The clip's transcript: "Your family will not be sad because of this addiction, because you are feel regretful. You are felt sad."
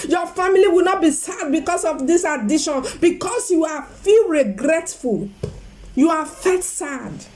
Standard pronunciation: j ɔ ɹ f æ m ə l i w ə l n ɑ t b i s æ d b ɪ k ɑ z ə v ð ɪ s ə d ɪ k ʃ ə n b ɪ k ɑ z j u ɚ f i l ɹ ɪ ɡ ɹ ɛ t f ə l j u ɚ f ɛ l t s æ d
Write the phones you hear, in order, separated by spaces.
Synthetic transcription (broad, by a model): j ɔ f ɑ m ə l i w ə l n ɑ t b i s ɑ d b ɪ k ɑ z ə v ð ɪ s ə d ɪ ʃ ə n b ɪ k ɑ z j u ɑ f i l ɹ ɪ ɡ ɹ ɛ t f ə l j u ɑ f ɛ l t s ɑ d